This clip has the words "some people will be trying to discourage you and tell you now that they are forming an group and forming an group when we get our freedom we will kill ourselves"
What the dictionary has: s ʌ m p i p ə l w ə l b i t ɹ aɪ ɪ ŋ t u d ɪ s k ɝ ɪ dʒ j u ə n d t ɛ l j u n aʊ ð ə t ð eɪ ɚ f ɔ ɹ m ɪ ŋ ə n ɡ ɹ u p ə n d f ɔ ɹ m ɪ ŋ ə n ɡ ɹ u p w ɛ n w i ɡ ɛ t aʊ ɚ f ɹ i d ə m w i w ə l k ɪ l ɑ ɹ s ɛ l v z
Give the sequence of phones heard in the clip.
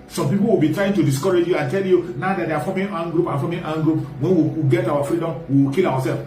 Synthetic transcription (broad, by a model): s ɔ m p i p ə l w ə l b i t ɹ aɪ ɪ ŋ t u d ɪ s k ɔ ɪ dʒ j u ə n t ɛ l j u n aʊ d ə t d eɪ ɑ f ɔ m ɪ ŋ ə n ɡ ɹ u p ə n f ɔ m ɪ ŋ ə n ɡ ɹ u p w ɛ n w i ɡ ɛ t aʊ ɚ f ɹ i d ə m w i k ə l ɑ w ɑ s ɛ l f